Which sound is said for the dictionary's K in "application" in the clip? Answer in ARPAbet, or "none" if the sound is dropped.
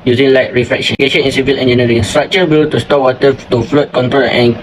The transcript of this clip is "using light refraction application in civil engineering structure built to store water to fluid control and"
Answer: none